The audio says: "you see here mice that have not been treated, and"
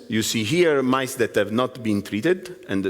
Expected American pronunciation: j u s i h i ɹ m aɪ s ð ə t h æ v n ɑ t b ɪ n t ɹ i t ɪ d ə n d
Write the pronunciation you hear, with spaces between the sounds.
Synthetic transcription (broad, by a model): j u s i h i ɹ m aɪ s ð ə t h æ v n ɑ t b ɪ n t ɹ i t ɪ d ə n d